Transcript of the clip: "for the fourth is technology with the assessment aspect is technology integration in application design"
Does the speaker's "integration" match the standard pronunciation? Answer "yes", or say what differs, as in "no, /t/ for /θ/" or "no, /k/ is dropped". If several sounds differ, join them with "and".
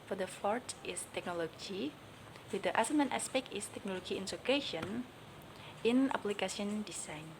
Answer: no, /s/ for /t/